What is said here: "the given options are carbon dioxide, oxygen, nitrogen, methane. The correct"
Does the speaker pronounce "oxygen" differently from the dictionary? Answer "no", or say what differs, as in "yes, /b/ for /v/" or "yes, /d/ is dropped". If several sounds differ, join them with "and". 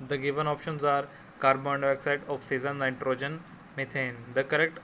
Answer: yes, /z/ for /dʒ/